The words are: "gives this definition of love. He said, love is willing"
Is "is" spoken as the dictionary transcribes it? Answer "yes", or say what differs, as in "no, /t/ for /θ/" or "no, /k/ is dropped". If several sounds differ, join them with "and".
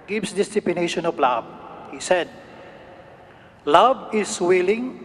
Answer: no, /s/ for /z/